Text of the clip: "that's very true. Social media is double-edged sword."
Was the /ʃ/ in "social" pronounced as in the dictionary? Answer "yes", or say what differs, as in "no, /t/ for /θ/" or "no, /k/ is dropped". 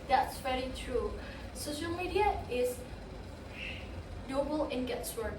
yes